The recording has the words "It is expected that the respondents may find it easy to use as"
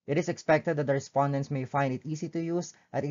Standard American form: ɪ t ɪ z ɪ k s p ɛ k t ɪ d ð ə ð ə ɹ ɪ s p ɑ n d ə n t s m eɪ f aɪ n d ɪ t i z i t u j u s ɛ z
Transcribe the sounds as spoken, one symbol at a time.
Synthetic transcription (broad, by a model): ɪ t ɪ s ɪ k s p ɛ k t ɪ d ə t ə ɹ ɪ s p ɑ n d ə n t s m eɪ f aɪ n d ɪ t i s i t u j u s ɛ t